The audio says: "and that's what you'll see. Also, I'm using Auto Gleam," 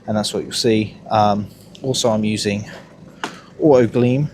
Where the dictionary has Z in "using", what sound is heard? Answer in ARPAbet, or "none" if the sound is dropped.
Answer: Z